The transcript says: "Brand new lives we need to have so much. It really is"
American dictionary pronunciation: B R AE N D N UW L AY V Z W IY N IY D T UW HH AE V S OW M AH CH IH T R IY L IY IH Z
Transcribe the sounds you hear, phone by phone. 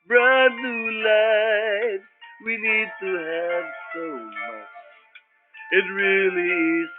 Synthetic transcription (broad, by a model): B R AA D L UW L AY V W IY N IY D T UW HH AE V S OW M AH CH IH T R IY L IY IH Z